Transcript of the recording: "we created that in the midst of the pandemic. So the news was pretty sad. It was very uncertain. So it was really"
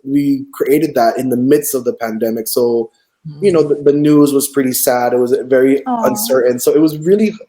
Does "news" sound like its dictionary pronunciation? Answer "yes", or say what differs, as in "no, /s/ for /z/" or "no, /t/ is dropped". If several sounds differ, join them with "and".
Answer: yes